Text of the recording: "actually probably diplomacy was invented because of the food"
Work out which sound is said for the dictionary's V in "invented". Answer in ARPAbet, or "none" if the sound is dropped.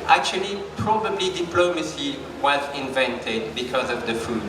V